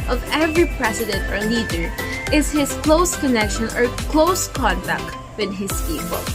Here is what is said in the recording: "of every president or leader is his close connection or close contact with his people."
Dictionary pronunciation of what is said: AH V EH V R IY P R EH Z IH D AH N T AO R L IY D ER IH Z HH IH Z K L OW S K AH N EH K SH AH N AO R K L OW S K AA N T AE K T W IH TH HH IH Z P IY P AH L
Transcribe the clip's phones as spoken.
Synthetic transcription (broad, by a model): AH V EH V R IY P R EH S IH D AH N T AO R L IY D ER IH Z HH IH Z K L OW S K AH N EH K SH AH N AO R K L OW S K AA N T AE K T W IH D HH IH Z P IY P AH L